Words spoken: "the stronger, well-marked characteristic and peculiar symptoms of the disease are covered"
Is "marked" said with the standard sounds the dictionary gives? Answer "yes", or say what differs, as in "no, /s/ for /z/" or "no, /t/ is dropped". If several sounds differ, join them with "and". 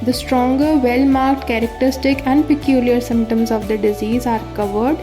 yes